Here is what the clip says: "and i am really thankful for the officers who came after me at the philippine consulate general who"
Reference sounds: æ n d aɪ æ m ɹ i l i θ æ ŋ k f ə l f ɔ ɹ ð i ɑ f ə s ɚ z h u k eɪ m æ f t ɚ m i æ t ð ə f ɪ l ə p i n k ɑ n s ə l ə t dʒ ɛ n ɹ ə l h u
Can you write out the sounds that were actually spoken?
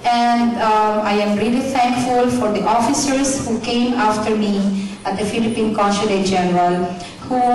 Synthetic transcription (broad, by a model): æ n d aɪ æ m ɹ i l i t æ ŋ k f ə l f ɔ ɹ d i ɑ f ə s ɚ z h u k eɪ m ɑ f t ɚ m i æ t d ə f ɪ l ə p i n k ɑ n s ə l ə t dʒ ɛ n ɹ ə l h u